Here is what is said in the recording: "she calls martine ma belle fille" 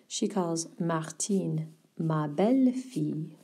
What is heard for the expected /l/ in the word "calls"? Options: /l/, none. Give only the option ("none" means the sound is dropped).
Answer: /l/